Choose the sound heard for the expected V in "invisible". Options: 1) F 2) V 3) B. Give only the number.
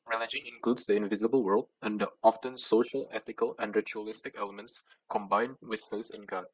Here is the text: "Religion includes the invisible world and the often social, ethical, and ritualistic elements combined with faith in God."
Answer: 2